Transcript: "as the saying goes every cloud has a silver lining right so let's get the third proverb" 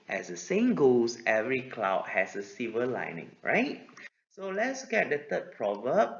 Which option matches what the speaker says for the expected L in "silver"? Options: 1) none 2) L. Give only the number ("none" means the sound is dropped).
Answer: 1